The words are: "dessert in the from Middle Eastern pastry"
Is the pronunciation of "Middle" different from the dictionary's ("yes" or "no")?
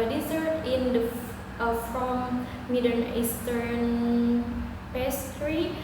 yes